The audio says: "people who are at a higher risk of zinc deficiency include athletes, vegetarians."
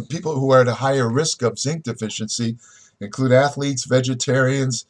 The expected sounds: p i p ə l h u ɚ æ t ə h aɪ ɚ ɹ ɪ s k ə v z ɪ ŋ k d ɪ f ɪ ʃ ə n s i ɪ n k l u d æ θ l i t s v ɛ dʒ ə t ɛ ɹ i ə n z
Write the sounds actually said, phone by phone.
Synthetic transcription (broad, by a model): p i p l h u ɚ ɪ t ə h aɪ ɚ ɹ ɪ s k ə v z ɪ ŋ k d ɪ f ɪ ʃ ə n s i ɪ n k l u d æ θ l i t s v ɛ dʒ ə t ɛ ɹ i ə n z